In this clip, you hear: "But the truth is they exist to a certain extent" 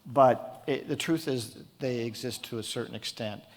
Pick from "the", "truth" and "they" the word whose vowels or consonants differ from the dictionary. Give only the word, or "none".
none